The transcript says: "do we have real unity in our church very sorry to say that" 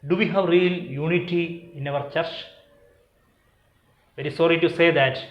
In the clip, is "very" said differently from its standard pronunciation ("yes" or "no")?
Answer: no